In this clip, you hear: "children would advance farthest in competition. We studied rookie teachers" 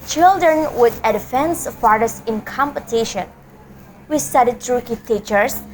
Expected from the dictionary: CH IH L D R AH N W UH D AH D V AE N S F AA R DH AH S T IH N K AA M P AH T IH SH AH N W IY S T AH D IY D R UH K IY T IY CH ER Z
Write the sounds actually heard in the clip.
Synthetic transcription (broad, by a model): CH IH L D R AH N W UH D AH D F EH N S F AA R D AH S IH N K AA M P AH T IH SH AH N W IY S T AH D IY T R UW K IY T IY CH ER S